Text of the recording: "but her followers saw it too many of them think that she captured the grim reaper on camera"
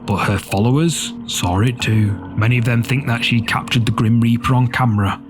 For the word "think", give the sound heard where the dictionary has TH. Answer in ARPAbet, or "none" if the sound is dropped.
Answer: TH